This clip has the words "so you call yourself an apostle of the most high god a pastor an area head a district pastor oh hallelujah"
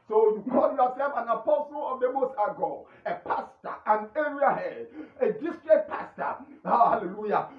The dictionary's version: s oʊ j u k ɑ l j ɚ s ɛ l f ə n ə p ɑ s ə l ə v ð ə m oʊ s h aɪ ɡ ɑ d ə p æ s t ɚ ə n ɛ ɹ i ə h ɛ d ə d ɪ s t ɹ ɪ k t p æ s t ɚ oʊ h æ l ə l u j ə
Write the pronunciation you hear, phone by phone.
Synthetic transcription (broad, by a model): s oʊ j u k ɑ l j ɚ s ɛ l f ə n ə p ɑ s ə l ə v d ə m oʊ s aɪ ɡ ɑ ə p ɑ s t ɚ ə n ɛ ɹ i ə h ɛ d ə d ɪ s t ɹ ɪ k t p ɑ s t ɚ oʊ h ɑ l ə l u j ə